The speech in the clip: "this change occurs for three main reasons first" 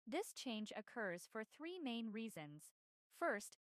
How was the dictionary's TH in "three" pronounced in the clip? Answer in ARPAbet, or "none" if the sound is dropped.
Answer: TH